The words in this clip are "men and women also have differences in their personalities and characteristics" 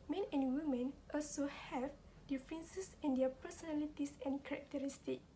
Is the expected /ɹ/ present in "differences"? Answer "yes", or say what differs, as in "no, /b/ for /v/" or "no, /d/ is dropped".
no, /ɹ/ is dropped